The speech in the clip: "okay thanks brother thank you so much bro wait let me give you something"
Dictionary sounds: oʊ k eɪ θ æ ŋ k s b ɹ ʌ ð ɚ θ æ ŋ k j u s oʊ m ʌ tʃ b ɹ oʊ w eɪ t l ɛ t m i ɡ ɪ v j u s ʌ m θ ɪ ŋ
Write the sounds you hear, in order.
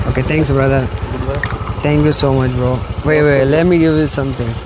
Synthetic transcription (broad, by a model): oʊ k eɪ t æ ŋ k s b ɹ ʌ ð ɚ t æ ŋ k j u s oʊ m ʌ tʃ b oʊ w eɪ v l ɛ t m i ɡ ɪ v j u s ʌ m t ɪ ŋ